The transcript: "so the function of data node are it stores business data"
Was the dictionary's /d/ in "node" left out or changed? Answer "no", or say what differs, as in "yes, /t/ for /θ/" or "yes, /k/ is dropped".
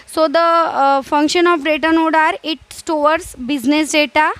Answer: no